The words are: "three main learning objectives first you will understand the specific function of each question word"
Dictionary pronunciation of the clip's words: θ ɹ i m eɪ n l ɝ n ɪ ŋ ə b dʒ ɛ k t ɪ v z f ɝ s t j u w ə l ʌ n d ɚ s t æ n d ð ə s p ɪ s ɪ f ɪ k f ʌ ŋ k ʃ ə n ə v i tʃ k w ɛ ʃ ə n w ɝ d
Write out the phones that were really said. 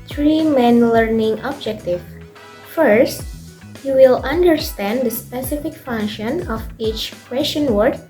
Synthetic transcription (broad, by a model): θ ɹ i m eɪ n l ɝ n ɪ ŋ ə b dʒ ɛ k t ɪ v f ɝ s t j u w ə l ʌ n d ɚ s t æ n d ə s p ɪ s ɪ f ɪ k f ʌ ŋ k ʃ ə n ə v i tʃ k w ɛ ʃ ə n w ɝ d